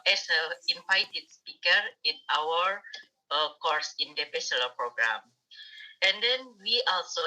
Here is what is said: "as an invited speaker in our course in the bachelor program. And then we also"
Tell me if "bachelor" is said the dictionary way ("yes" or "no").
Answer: no